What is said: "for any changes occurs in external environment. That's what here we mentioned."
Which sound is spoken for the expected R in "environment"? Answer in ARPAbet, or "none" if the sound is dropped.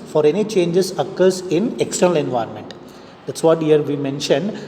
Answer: R